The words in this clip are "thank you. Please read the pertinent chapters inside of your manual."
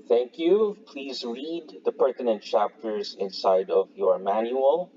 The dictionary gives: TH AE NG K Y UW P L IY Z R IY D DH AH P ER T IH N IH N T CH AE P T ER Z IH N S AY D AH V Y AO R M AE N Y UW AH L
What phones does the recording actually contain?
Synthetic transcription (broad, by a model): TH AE NG K Y UW P L IY Z R IY D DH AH P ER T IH N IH N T CH AE P T ER Z IH N S AY D AH V Y AO R M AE N Y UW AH L